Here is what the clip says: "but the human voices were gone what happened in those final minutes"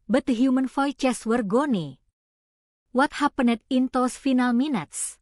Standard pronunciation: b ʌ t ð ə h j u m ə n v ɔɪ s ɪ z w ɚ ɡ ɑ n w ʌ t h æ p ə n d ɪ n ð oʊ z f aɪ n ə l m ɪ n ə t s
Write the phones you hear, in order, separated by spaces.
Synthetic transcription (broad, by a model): b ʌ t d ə h j u m ə n f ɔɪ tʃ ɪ s w ɚ ɡ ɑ n w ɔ t h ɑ p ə n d ɪ n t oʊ s f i n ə l m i n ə t s